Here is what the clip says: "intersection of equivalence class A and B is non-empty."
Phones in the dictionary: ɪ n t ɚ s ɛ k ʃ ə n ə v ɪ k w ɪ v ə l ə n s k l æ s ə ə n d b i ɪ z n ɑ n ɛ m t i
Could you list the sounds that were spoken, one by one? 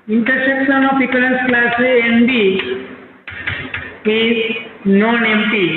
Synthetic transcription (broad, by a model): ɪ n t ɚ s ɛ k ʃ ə n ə p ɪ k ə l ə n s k l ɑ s ə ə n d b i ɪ n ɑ n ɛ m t i